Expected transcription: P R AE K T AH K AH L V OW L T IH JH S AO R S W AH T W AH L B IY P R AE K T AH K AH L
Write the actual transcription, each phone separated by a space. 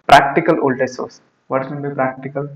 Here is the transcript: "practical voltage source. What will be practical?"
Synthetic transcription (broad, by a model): P R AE K T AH K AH L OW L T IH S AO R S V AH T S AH N B IY P R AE K T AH K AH L